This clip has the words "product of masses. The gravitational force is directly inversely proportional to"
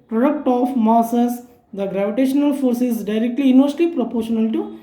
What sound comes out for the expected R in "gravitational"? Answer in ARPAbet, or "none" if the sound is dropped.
R